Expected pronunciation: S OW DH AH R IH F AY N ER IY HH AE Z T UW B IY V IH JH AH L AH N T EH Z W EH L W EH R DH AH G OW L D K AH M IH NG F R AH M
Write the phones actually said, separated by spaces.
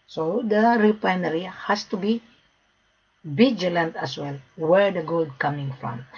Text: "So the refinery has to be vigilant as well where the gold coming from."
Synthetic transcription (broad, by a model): S OW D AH R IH P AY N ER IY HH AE S T UW B IY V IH JH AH L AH N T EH S W EH L W EH R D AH G OW L D K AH M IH NG F R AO M